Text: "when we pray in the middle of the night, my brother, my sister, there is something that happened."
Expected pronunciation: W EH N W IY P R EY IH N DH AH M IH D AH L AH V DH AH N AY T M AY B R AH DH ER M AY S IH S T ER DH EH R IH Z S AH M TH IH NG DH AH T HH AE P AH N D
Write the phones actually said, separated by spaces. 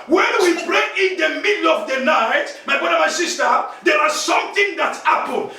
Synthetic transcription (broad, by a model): W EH N W IY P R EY IH N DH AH M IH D L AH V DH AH N AY T M AY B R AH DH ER M AY S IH S T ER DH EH W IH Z S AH M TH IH NG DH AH T HH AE P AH N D